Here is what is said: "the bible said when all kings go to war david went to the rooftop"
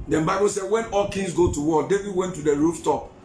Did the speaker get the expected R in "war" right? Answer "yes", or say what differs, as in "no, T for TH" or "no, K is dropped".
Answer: no, L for R